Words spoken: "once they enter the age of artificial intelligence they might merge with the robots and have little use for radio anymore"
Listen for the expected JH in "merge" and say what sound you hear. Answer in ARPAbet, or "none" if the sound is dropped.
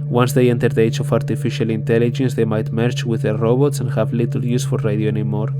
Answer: CH